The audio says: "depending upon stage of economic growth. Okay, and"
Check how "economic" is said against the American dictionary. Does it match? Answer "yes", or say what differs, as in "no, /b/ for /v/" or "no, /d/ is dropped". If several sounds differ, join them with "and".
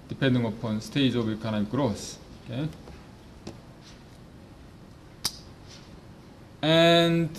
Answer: no, /m/ is dropped